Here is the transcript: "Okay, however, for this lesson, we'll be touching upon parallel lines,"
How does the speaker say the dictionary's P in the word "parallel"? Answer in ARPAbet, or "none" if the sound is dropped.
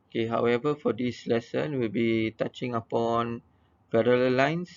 F